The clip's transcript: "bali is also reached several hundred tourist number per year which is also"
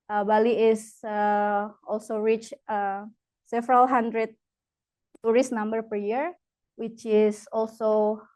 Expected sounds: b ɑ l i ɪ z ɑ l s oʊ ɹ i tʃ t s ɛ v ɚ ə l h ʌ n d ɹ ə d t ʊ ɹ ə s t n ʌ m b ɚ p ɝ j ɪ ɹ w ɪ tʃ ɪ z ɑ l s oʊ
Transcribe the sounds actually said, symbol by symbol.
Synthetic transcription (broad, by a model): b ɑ l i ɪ s ɑ l s oʊ ɹ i tʃ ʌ s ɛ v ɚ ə l h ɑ n d ɹ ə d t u ɹ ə s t n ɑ m b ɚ p ɝ j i ɹ w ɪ tʃ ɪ s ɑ l s oʊ